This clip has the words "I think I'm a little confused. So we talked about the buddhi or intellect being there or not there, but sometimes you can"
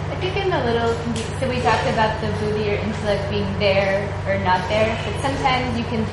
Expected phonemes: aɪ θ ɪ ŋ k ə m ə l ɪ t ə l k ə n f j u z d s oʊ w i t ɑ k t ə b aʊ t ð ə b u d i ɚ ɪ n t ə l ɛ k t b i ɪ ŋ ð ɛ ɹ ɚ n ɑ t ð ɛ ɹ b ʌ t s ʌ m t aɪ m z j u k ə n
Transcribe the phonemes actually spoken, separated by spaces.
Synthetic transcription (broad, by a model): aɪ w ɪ k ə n ə l ɪ t l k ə s oʊ w i t ɑ k t ə b aʊ t ð ə b u d i ɚ ɪ n t ə l ɛ k t b i ɪ ŋ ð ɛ ɹ ɚ n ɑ t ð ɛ ɹ b ʌ t s ʌ m t aɪ m z j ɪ k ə n